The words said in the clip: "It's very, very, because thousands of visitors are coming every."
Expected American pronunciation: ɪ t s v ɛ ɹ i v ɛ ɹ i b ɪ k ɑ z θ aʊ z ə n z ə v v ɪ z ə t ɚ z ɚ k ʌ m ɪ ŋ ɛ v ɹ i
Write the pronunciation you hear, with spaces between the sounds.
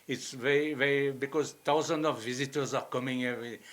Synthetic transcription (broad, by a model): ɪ t s v ɛ ɹ i v ɛ ɹ i b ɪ k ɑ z t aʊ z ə n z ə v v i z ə t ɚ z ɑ k ʌ m ɪ ŋ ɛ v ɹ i